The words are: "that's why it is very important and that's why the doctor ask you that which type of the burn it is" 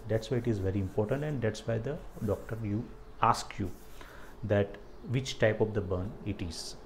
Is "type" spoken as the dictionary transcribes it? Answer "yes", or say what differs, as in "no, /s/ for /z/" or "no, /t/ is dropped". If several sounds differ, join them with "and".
yes